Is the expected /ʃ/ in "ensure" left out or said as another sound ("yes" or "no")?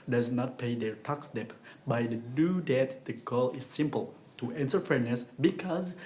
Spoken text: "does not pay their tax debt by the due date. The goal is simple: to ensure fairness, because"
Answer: yes